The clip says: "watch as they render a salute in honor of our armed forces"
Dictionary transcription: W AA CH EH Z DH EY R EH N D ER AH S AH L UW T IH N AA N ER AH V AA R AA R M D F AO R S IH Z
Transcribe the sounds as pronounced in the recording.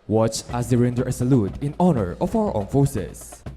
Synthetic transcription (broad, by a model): W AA CH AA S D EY R EH N D ER AH S AH L UW T IH N AA N ER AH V AA W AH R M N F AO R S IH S